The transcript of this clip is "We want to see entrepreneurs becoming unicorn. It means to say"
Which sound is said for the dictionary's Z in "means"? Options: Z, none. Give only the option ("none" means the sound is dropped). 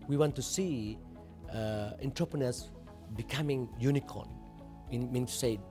none